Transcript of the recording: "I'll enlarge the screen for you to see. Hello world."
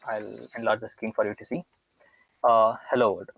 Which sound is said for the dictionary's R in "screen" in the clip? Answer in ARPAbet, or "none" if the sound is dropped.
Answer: none